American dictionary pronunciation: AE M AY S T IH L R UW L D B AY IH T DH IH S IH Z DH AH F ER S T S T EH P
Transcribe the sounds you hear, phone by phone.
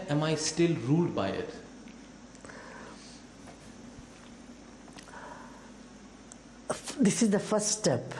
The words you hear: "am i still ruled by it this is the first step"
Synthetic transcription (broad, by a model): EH M AY S T IH L R UW L D B AY IH T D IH S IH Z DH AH F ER S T S T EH P